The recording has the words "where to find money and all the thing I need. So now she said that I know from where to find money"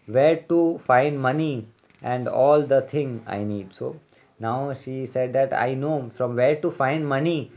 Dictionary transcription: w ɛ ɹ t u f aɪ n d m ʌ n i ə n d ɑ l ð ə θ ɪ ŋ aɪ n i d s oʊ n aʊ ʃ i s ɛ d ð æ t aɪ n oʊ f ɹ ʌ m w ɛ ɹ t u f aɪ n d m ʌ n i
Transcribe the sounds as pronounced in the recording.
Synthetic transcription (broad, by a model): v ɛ ɹ t u f aɪ n d m ʌ n i ə n d ɑ l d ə t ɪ ŋ aɪ n i d s oʊ n aʊ ʃ i s ɛ d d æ t aɪ n oʊ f ɹ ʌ m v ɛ ɹ t u f aɪ n d m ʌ n i